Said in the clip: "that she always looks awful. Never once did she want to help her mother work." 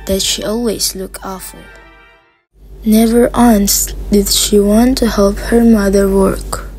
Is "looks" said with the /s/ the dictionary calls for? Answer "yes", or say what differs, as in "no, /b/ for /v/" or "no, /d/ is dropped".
no, /s/ is dropped